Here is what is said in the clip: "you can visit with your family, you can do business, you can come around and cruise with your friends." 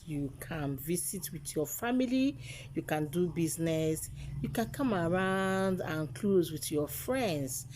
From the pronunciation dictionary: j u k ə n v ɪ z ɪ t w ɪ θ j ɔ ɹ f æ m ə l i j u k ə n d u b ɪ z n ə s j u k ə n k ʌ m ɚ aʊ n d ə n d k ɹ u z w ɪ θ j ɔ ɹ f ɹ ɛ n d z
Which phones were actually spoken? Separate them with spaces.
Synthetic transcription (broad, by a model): j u k ə n v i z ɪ t w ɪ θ j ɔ f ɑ m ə l i j u k ə n d u b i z n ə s j u k ə n k ʌ m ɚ aʊ n d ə n k l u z w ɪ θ j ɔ f ɹ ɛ n d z